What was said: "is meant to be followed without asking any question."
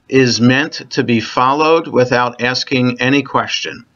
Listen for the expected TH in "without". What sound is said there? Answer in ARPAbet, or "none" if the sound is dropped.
TH